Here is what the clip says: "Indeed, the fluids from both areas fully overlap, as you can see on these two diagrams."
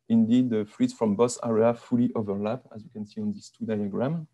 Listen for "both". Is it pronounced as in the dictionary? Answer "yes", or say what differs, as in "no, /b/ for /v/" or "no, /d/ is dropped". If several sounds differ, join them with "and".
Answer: no, /s/ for /θ/